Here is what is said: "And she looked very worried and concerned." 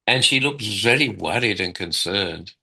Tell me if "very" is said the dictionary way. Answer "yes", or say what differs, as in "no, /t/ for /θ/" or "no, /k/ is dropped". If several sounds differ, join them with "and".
no, /l/ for /ɹ/